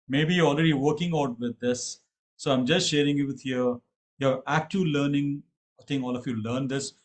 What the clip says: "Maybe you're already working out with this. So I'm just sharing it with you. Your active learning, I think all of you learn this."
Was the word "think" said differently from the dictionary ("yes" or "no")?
yes